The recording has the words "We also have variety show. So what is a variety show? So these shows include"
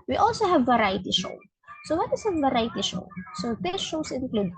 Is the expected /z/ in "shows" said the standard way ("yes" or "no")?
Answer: no